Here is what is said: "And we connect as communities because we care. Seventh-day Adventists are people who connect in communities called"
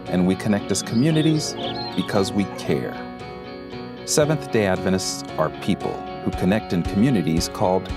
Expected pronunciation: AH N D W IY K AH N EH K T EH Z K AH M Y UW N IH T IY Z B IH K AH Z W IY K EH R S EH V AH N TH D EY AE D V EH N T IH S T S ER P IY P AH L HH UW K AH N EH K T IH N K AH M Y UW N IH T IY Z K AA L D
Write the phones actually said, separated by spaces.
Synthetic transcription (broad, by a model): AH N W IY K AH N EH K T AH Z K AH M Y UW N IH T IY Z B IH K AH Z W IY K EH R S EH V AH N TH D EY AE D V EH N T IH S T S ER P IY P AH L HH UW K AH N EH K T IH N K AH M Y UW N IH T IY Z K AA L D